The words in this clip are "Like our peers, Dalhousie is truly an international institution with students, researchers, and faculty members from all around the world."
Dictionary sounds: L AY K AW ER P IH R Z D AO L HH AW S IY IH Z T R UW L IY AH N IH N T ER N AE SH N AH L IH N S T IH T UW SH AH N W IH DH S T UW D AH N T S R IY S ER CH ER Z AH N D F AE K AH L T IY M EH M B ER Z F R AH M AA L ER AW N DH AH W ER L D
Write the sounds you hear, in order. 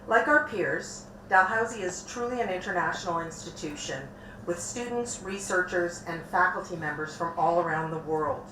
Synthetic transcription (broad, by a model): L AY K AW ER P IH R Z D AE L HH AW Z IY IH Z T R UW L IY AH N IH N T ER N AE SH N L IH N S T IH T UW SH AH N W IH DH S T UW D N T S R IY S ER CH ER Z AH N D F AE K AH L T IY M EH M B ER Z F R AH M AA L ER AW N DH AH W ER L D